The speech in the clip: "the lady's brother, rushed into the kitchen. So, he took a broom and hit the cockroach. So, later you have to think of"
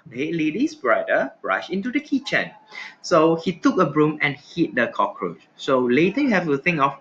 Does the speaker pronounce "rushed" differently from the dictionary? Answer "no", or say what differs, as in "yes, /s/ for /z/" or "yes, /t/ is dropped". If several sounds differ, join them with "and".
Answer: yes, /t/ is dropped